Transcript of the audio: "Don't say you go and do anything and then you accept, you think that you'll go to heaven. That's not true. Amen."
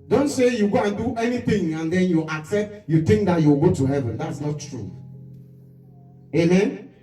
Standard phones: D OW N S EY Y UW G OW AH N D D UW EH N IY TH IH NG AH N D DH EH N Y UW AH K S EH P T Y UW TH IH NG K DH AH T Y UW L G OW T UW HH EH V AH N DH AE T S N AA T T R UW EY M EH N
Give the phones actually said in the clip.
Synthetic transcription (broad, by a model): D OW N S EY Y UW G OW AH N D D UW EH N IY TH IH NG AH N D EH N Y UW AH K S EH P T Y UW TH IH NG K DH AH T Y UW W G OW T UW HH EH V AH N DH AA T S N AA T T R UW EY M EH N